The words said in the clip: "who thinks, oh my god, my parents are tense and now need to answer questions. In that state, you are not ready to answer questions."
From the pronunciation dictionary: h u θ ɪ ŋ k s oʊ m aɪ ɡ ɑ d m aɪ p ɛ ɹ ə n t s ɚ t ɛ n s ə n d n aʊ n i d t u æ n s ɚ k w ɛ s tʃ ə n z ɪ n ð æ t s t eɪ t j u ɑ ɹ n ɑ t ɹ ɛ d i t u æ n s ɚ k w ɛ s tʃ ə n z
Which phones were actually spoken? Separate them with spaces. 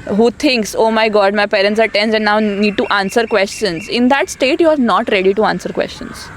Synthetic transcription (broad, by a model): h u t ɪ ŋ k s oʊ m aɪ ɡ ɑ d m aɪ p ɛ ɹ ə n t s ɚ t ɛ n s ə n n aʊ n i d t u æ n s ɚ k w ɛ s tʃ ə n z ɪ n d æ t s t eɪ t j u ɑ ɹ n ɑ t ɹ ɛ d i t u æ n s ɚ k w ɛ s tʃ ə n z